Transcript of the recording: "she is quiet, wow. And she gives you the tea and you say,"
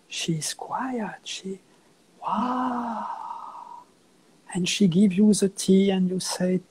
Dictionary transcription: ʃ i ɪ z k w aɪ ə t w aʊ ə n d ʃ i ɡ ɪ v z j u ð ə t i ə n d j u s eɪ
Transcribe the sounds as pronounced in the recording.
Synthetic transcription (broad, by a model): ʃ i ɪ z k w aɪ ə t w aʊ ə n ʃ i ɡ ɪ v j u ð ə t i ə n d j u s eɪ